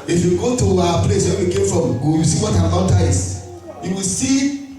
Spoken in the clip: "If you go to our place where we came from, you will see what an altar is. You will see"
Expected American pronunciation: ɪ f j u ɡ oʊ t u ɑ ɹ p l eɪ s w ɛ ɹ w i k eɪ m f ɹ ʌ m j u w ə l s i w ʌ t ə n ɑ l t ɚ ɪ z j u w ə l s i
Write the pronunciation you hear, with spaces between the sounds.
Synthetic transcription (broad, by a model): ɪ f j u ɡ oʊ t u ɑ p l eɪ s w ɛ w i k eɪ m f ɹ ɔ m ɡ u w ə s i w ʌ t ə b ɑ n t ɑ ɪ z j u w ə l s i